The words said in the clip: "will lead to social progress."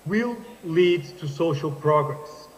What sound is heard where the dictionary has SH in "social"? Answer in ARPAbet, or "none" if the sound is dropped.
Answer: SH